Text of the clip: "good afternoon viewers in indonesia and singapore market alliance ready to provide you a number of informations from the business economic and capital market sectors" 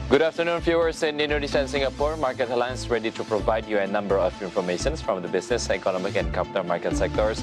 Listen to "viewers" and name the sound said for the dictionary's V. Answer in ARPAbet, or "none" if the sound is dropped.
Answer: F